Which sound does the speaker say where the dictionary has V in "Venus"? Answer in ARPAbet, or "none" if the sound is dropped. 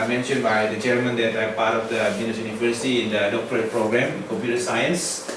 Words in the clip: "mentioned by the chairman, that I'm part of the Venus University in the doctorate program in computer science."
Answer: B